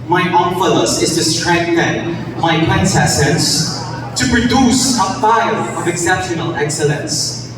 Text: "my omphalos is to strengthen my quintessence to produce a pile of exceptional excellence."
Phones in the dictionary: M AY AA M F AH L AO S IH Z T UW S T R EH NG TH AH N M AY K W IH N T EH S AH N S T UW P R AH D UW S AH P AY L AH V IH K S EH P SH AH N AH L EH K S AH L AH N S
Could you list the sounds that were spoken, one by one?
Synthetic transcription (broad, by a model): M AY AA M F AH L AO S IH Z T UW S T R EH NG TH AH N M AY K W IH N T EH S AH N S T UW P R AH D UW S AH F AY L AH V IH K S EH P SH AH N AH L EH K S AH L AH N S